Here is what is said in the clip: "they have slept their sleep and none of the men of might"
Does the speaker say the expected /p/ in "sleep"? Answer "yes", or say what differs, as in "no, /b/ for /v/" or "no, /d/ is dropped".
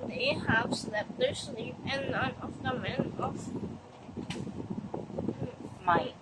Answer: no, /p/ is dropped